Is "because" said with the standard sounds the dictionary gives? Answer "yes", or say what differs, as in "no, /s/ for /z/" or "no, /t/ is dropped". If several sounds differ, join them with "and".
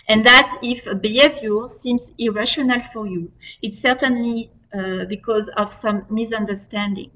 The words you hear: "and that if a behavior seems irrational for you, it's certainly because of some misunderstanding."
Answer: yes